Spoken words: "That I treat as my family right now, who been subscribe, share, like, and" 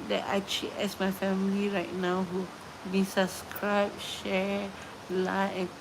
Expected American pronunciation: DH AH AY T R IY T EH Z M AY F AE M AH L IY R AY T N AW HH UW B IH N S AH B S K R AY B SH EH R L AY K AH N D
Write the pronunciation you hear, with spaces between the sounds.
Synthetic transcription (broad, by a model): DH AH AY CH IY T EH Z M AY F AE M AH L IY R AY T N AW HH UW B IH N S AH B S K R AY B SH EH R L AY AH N